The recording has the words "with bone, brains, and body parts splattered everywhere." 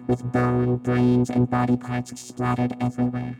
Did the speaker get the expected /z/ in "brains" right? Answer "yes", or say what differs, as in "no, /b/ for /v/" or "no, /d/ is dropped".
yes